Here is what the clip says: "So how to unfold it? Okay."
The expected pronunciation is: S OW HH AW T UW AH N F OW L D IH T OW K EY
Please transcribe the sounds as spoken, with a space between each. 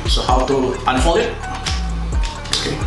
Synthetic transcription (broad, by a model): S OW HH AW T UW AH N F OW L IH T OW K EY